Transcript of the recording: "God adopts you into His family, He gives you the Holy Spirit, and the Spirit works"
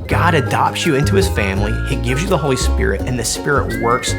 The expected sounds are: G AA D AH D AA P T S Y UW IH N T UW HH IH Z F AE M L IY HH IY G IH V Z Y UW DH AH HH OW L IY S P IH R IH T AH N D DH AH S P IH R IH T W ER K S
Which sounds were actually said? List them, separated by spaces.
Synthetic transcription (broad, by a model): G AA D AH D AA P T S Y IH IH N T UW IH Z F AE M L IY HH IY G IH V Z Y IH DH AH HH OW L IY S P IH R IH T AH N DH AH S P IH R IH T W ER K S